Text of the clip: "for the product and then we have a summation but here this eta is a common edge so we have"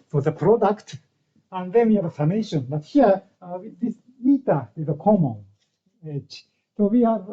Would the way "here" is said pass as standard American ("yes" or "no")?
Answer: no